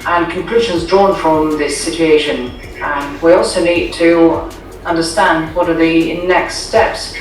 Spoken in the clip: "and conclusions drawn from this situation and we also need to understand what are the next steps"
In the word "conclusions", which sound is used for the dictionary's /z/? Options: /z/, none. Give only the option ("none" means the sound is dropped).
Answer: /z/